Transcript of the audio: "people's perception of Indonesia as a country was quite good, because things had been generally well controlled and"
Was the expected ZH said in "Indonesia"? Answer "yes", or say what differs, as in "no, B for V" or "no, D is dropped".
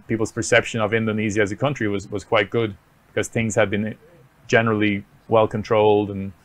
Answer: no, Z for ZH